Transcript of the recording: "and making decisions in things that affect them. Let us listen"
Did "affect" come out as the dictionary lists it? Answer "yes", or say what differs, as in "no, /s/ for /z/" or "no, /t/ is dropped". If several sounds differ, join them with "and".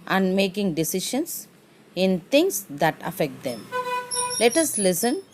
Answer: yes